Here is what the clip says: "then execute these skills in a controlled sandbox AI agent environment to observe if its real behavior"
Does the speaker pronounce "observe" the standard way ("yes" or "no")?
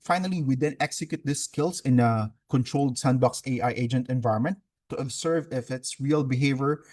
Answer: no